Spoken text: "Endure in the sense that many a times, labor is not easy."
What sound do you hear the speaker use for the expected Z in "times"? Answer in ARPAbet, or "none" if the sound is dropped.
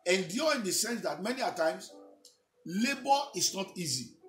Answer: S